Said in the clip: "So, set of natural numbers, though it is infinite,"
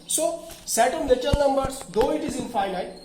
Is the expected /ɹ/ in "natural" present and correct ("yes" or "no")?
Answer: no